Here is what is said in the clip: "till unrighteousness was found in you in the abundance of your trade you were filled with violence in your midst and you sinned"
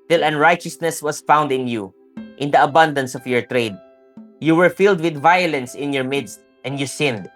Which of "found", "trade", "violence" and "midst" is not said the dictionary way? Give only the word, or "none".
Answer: none